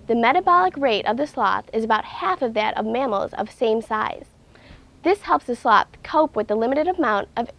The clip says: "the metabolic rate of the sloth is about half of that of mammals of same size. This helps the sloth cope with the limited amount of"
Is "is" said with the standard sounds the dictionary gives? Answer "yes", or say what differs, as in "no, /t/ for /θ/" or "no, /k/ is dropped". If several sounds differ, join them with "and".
yes